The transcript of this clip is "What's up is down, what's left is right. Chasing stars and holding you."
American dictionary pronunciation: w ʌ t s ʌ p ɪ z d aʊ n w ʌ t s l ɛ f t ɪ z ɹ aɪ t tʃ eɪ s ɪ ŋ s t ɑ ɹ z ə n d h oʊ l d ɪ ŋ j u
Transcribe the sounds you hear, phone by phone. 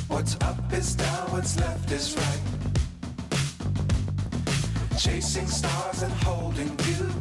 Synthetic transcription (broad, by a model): w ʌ t s ʌ p ɪ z d aʊ n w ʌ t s l ɛ f t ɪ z ɹ aɪ t tʃ eɪ s ɪ ŋ s t ɑ ɹ z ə n h oʊ l d ɪ ŋ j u